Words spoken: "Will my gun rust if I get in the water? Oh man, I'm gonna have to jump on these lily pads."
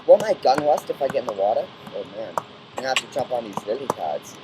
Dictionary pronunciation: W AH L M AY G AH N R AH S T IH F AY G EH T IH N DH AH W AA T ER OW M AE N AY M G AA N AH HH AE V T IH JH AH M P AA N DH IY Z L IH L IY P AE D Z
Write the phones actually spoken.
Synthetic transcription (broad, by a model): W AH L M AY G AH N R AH S T IH F AY G EH T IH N DH AH W AA T ER OW M AE N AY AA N HH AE F T IH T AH P N DH IY Z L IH L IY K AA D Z